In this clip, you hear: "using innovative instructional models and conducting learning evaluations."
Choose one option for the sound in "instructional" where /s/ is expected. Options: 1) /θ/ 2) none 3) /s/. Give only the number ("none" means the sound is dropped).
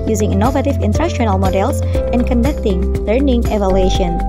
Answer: 2